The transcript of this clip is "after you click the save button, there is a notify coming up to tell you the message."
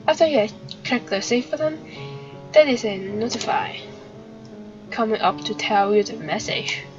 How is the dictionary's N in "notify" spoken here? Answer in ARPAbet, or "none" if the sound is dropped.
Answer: N